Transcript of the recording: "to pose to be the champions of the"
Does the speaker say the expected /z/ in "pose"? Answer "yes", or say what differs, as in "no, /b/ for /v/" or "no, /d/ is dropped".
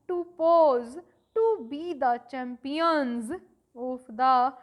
yes